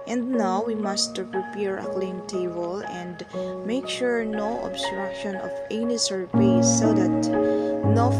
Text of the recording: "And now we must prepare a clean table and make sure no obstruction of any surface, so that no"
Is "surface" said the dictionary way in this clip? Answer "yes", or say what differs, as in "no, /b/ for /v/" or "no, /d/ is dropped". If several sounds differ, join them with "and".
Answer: no, /p/ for /f/